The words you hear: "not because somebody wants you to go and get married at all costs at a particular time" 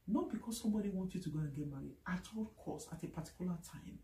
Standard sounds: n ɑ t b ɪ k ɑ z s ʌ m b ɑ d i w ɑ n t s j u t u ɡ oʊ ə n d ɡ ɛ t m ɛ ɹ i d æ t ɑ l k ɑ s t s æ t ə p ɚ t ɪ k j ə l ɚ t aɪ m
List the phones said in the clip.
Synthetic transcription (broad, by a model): n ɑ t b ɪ k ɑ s s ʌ m b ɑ d i w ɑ n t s j u t u ɡ oʊ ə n ɡ ɛ t m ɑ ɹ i ɑ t ɑ l k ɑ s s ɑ t ə p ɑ t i k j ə l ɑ t aɪ m